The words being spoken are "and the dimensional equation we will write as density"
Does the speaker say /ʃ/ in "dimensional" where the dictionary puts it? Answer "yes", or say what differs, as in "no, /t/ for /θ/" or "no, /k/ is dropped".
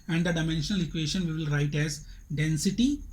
yes